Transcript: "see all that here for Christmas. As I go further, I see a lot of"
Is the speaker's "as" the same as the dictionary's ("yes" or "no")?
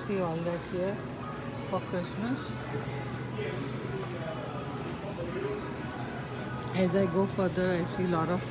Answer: yes